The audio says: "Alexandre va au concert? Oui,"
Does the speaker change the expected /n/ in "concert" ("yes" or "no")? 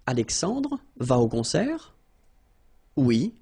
yes